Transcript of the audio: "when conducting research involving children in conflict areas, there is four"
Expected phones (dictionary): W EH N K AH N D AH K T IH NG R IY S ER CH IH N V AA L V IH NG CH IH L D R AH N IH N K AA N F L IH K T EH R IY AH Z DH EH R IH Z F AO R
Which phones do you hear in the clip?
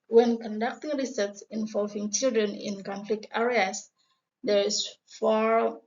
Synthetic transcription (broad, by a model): W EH N K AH N D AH K T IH NG R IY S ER S IH N V AA L V IH NG CH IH L D R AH N IH N K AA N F L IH K T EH R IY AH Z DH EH R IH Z F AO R